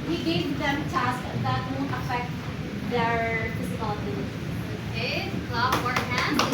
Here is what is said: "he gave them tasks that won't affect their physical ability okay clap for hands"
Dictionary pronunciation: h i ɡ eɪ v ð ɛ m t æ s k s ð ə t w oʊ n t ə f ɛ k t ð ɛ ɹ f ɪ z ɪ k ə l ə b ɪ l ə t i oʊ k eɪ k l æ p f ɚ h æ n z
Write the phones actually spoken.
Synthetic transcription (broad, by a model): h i ɡ eɪ v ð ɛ m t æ s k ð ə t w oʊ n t ə f ɛ k t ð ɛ ɹ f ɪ s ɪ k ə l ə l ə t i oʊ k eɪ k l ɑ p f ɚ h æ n